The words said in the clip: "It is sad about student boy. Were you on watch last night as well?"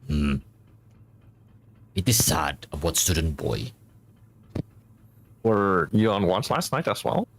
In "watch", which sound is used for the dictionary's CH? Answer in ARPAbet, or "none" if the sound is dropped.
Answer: S